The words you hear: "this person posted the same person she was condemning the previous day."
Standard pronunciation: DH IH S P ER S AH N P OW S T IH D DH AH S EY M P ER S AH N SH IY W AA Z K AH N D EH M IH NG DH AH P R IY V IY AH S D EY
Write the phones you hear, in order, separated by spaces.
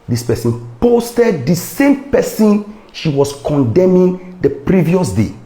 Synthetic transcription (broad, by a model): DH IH S P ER S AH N P OW S T IH D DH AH S EY M P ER S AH N SH IY W AA S K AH N D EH M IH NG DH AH P R IY V IY AH S D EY